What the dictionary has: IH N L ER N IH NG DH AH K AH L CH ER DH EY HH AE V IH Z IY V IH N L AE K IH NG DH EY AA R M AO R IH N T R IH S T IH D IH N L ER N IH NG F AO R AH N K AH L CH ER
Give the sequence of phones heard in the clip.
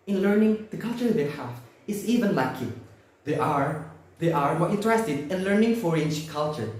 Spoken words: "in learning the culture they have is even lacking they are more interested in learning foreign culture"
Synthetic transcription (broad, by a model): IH N L ER N IH NG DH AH K AH L CH ER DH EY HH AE F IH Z IY V IH N L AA K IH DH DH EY AA R M AO R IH N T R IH S T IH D IH N L ER N IH NG F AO R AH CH K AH L CH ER